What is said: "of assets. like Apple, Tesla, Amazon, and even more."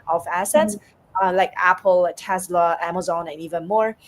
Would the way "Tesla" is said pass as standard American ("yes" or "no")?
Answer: yes